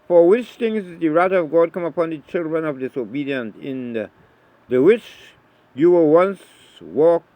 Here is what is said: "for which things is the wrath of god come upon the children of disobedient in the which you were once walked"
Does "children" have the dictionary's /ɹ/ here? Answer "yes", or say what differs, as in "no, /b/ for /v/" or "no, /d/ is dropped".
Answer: yes